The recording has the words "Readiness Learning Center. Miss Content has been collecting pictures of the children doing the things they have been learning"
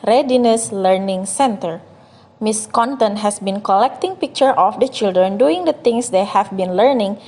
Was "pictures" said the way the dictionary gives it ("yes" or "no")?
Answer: no